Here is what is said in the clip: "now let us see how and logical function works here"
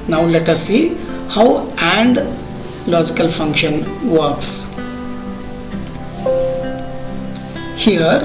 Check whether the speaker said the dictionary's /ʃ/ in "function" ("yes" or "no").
yes